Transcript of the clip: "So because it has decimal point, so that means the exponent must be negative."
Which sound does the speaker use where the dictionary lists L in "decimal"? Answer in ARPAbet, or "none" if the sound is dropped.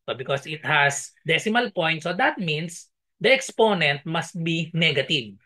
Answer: L